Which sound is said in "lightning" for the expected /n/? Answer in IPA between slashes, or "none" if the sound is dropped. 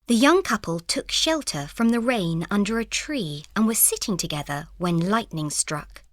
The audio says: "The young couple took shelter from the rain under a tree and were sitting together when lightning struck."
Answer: /n/